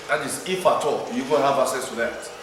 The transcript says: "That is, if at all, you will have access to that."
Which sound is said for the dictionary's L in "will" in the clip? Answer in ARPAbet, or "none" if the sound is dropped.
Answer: N